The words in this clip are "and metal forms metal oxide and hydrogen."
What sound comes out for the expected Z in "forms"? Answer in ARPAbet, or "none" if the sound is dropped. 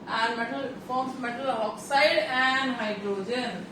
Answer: none